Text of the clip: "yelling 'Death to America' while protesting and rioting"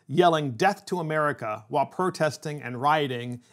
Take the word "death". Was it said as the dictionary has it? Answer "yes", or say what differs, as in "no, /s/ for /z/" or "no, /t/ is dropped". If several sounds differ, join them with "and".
yes